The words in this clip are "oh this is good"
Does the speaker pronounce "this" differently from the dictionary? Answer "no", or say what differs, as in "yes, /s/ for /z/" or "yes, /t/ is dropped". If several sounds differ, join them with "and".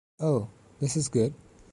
no